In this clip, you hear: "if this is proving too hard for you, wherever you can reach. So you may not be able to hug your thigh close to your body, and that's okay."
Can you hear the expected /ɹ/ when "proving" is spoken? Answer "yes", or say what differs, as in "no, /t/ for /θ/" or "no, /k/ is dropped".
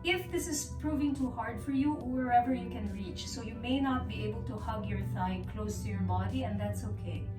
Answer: yes